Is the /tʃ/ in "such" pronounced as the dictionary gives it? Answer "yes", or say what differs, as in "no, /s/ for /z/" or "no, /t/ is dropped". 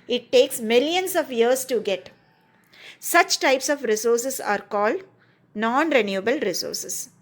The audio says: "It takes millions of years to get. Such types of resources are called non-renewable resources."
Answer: yes